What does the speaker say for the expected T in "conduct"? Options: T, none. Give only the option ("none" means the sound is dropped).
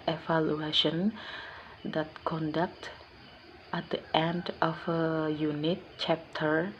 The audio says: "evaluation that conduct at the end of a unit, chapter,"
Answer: T